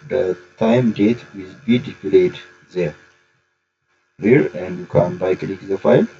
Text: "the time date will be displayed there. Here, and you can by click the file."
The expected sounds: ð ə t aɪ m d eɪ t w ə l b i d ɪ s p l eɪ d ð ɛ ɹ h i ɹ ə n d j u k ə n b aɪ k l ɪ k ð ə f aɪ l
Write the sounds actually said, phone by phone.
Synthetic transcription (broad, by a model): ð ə t aɪ m d eɪ t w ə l b i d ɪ p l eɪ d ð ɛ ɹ h i ɹ ə n d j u k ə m b aɪ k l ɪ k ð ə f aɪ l